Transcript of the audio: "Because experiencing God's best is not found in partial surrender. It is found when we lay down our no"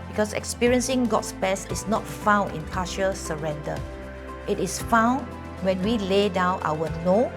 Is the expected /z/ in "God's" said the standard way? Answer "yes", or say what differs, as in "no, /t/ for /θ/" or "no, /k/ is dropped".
no, /s/ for /z/